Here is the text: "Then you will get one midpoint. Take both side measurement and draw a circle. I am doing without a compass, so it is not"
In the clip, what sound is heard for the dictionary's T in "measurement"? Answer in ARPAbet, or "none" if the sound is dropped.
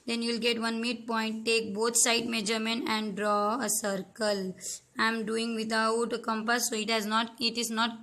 none